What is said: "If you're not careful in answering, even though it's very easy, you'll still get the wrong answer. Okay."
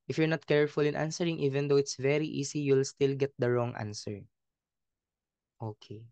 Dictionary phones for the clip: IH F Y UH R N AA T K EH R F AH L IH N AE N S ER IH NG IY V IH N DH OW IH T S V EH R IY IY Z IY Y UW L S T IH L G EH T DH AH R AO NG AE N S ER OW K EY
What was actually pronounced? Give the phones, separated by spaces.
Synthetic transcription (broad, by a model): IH F Y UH R N AA T K EH R F AH L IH N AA N S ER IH NG IY V IH N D OW IH T S V EH R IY IY S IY Y UW L S T IH L G EH T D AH R AO NG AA N S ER OW K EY